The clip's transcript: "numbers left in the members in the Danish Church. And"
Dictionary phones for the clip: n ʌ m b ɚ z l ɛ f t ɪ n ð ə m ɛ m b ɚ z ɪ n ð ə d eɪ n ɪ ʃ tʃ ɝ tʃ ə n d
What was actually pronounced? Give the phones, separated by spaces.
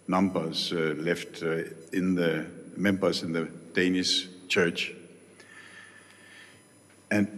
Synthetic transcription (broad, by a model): n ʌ m b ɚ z l ɛ f t ɪ n ð ə m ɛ m b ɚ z ɪ n ð ə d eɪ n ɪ s tʃ ɝ tʃ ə n